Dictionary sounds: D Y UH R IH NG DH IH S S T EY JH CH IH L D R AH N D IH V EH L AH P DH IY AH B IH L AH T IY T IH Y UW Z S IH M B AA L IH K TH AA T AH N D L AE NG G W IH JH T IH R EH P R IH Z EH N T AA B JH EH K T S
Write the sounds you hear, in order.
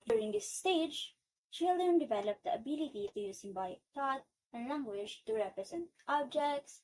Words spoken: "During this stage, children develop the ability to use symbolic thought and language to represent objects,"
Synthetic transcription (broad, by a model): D Y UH R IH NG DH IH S S T EY JH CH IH L D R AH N D IH V EH L AH P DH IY AH B IH L AH T IY T IH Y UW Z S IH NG B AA IH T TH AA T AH N L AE NG G W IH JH T IH R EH P R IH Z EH N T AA B JH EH K T S